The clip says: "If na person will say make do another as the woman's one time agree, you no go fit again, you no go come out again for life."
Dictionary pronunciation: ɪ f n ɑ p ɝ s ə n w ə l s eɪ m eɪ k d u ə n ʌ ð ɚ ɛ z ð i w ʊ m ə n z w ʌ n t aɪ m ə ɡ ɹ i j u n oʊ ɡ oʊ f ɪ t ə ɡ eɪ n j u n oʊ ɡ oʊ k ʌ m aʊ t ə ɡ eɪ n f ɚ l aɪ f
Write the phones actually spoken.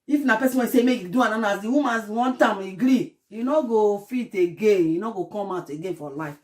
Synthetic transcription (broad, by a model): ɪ f n ɑ p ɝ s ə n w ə n s eɪ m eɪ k d u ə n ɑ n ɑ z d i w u m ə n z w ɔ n t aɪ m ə ɡ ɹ i j u n oʊ ɡ oʊ f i t ə ɡ eɪ n j u n oʊ ɡ oʊ k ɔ m aʊ t ə ɡ eɪ n f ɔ l aɪ f